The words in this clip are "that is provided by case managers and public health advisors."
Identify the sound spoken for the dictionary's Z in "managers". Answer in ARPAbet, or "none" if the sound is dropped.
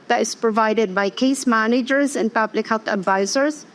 Z